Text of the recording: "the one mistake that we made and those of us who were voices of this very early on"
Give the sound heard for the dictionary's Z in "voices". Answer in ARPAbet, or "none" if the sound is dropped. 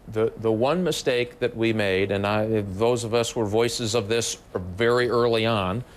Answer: Z